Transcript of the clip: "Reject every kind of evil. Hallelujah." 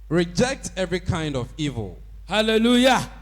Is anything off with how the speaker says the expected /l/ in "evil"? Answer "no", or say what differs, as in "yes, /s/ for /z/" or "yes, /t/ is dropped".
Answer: no